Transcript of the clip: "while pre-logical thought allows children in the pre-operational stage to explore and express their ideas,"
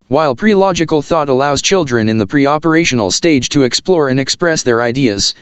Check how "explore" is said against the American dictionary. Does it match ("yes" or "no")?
yes